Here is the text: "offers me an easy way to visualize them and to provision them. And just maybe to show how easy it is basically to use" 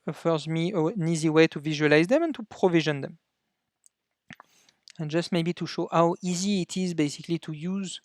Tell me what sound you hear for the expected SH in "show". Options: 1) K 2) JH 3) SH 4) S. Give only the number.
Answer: 3